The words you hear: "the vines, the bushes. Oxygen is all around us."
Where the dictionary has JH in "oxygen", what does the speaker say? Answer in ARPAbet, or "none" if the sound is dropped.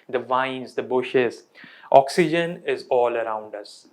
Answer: JH